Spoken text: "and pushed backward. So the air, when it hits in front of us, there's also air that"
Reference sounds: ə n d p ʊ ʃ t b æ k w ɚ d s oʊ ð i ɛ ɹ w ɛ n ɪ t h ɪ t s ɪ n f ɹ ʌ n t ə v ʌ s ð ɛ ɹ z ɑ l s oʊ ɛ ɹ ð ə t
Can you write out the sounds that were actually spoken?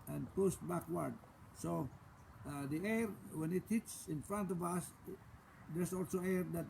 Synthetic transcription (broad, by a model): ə n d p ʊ s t b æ k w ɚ d s oʊ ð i ɛ ɹ w ɛ n ɪ t h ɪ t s ɪ n f ɹ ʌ n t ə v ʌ s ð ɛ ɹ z ɑ l s oʊ ɛ ɹ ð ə t